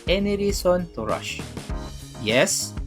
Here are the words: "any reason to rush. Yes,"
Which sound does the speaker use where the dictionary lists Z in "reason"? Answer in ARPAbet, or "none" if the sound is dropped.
S